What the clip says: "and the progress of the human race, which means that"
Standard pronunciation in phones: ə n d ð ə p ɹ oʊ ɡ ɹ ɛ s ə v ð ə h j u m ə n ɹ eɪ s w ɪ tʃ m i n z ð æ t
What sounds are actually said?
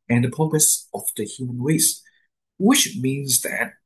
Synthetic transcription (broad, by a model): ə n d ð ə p oʊ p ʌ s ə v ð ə h j u m ə n ɹ eɪ s w ɪ tʃ m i n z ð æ t